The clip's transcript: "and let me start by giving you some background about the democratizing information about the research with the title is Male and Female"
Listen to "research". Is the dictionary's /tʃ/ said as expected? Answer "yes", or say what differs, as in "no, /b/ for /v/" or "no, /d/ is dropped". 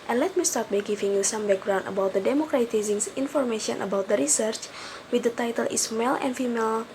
yes